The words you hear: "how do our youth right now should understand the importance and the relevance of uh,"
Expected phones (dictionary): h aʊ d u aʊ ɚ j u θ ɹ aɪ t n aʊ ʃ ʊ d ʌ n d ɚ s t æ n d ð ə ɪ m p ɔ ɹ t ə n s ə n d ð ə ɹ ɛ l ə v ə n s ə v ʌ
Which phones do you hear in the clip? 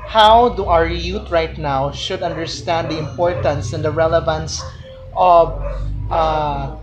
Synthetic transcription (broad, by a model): h aʊ d u aʊ ɚ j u t ɹ aɪ t n aʊ ʃ ʊ d ʌ n d ɚ s t æ n d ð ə ɪ m p ɔ ɹ t ə n s ə n d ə ɹ ɛ l ə v ə n s ə v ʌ